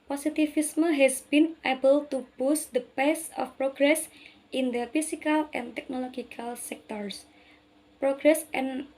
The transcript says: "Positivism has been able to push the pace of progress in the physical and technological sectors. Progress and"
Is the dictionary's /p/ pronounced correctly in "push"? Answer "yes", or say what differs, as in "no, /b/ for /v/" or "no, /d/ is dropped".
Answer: no, /b/ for /p/